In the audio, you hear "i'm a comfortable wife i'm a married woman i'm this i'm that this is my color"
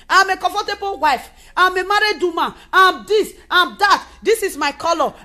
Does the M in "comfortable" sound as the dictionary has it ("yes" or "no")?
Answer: no